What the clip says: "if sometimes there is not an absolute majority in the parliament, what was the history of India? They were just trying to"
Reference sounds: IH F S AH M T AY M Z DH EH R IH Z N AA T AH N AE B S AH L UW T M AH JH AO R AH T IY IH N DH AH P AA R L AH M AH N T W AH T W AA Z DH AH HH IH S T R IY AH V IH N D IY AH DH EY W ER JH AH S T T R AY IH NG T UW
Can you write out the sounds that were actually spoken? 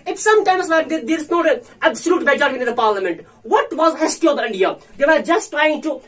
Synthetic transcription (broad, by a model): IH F S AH M T AY M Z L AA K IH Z N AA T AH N AE B S AH L UW T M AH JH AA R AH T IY IH N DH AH P AA R L AH M AH N T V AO T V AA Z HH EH S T IY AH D IH N D IY AH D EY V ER JH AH S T T R AY IH NG T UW